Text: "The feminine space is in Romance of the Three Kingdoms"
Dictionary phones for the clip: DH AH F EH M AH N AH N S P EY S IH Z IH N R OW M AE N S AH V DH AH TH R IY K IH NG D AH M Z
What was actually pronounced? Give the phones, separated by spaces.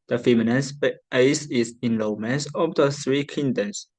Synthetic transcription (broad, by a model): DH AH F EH M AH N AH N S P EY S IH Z IH N L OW M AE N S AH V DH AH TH R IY K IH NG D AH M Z